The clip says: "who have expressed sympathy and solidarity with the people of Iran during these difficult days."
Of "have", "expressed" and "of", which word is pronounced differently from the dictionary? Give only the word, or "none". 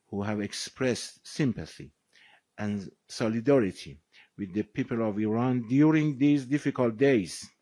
none